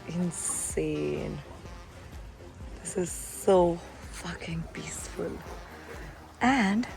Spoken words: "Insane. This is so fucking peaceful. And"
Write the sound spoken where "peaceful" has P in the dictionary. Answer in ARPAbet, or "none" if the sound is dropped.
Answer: B